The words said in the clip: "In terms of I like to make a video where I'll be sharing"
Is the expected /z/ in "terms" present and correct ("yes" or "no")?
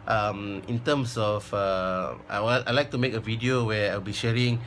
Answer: no